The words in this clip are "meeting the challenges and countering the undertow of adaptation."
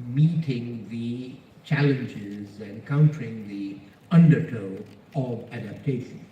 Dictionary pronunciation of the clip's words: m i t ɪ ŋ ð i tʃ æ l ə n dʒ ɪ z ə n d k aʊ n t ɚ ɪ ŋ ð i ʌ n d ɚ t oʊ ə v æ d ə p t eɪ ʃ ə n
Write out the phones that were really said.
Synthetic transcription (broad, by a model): m i t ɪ ŋ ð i tʃ æ l ə n dʒ ɪ z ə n k aʊ n t ɚ ɪ ŋ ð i ʌ n d ɚ t oʊ ə v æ d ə p t eɪ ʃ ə n